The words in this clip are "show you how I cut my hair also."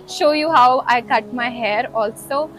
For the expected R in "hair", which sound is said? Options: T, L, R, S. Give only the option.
R